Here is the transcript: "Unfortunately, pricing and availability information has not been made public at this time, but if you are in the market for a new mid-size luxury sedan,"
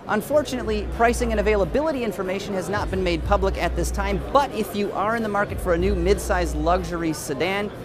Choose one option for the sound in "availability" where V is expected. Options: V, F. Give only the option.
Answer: V